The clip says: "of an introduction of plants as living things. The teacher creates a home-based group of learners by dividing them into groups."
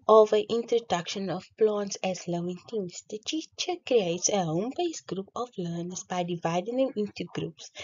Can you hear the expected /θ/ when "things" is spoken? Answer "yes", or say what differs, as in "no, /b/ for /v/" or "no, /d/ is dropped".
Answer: no, /t/ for /θ/